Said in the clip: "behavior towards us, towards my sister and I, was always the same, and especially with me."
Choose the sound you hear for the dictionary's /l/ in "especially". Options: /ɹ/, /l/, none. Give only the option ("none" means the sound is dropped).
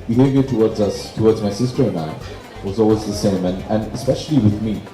/l/